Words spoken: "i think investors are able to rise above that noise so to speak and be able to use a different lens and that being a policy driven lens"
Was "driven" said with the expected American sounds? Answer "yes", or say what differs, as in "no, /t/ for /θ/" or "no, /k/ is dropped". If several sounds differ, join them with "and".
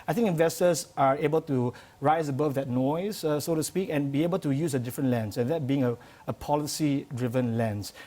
yes